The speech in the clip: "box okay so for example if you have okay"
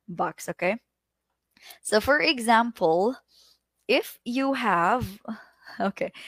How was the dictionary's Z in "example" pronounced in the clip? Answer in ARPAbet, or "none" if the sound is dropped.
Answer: Z